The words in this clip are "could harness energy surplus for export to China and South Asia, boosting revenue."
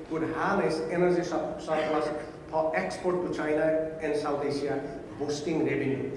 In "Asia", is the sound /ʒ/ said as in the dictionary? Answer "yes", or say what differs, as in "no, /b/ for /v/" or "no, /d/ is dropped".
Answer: no, /s/ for /ʒ/